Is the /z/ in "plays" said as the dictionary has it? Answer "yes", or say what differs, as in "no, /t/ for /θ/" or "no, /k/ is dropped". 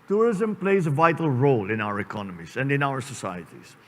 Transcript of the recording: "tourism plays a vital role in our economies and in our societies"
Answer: yes